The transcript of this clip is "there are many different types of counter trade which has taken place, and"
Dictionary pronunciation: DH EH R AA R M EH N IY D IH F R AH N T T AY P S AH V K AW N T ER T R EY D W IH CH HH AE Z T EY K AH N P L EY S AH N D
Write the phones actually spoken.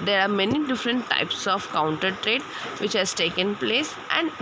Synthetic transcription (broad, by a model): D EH R AA R M EH N IY D IH F R AH N T T AY P S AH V K AW N T ER T R EY D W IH CH HH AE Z T EY K AH N P L EY S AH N D